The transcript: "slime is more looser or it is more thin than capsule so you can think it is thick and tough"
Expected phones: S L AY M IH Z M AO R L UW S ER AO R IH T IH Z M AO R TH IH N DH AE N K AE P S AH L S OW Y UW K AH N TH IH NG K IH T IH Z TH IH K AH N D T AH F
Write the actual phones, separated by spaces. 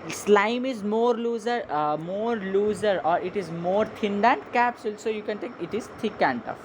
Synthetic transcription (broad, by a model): S L AY M IH Z M AO R L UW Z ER AO R IH T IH Z M AO R T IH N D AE N K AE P S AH L S OW Y UW K AH N T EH K IH T IH Z T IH K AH N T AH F